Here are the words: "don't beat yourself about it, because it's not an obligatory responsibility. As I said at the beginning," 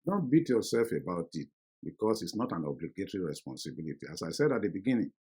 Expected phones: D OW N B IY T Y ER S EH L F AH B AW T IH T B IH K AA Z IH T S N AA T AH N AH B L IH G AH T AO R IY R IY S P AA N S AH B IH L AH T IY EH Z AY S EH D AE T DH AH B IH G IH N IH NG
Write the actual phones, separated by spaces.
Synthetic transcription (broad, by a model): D OW N B IY T Y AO S EH L F AH B AW T IH T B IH K AA S IH T S N AA T AH N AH B L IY G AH T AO R IY R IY S P AA N S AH B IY L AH T IY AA S AY S EH D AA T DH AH B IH G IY N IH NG